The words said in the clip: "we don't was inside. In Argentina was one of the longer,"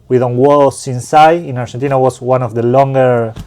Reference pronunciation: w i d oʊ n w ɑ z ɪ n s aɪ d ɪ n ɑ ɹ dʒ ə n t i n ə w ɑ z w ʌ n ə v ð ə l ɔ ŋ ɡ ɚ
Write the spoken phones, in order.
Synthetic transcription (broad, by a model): w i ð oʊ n w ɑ s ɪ n s aɪ ɪ n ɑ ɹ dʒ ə n t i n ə w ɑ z w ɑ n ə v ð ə l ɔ ŋ ɡ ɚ